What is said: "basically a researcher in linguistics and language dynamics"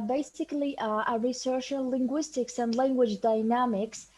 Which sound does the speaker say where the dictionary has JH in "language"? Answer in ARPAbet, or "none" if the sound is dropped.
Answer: JH